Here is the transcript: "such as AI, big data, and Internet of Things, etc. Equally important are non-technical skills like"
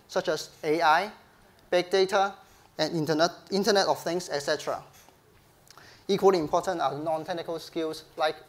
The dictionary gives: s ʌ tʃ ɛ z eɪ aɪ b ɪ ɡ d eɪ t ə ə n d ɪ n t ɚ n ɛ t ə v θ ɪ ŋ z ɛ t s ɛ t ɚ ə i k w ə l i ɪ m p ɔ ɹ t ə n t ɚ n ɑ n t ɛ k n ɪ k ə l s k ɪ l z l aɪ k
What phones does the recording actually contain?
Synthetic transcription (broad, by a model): s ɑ tʃ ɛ s eɪ aɪ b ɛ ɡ d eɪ t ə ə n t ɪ n t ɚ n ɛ t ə f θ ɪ ŋ s ɛ t s ɛ t ɚ ə i k w ə l i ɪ m p ɔ t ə n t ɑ n ɑ n t ɛ k n ɪ k ə l s k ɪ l s l aɪ k